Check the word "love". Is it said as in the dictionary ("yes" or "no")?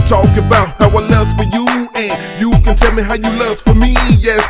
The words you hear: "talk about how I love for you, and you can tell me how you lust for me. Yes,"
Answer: no